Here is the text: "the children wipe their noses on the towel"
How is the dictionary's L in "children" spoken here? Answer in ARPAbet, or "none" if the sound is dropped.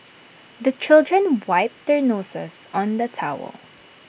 L